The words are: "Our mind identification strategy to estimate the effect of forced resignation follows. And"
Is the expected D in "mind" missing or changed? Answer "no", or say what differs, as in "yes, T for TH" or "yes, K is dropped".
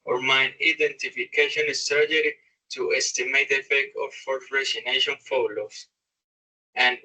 yes, D is dropped